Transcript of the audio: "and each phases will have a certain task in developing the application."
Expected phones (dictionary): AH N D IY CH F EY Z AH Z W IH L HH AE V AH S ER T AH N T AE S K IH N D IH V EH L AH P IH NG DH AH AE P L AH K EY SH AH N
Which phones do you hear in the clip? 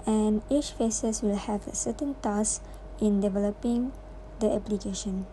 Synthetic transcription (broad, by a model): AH N IY CH F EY S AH S W IH L HH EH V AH S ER T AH N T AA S IH N D IH V EH L AH P IH NG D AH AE P L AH K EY SH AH N